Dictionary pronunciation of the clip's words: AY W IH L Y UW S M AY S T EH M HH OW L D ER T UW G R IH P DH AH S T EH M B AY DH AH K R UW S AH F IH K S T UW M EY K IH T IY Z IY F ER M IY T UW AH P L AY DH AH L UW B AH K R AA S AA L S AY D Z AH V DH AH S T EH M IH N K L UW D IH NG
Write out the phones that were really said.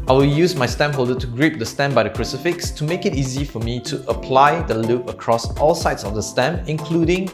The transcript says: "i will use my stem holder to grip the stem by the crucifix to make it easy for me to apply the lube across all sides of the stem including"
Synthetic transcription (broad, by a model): AY W IH L Y UW S M AY S T EH M HH OW L D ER T UW G R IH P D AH S T EH M B AY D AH K R UW S AH F IH K S T UW M EY K IH T IY Z IY F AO M IY T UW AH P L AY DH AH L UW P AH K R AA S AA L S AY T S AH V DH AH S T EH M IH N K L UW D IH NG